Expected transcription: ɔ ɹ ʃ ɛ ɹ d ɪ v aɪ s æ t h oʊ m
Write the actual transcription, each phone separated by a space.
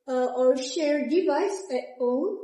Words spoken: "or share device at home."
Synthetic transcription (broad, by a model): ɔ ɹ ʃ ɛ ɹ d ɪ v aɪ s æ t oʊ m